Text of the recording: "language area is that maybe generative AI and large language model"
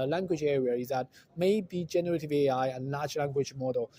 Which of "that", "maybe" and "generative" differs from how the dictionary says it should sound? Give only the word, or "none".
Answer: none